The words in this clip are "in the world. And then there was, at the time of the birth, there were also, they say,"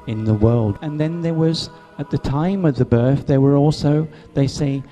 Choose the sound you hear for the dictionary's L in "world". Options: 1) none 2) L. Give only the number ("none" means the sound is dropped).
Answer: 2